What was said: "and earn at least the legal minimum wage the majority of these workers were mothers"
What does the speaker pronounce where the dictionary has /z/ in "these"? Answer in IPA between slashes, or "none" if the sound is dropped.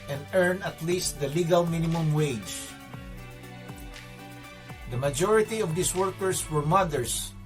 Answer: /s/